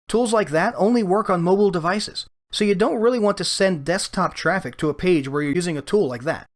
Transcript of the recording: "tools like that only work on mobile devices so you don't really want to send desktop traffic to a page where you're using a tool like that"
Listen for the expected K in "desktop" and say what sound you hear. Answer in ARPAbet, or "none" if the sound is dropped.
K